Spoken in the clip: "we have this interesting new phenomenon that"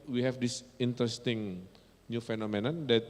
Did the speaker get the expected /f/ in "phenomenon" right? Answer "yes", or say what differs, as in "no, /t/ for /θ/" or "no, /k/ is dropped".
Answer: yes